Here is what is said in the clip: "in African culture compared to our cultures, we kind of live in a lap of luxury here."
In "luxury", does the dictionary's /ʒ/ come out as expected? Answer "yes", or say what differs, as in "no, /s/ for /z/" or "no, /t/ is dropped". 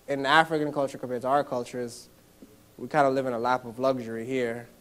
yes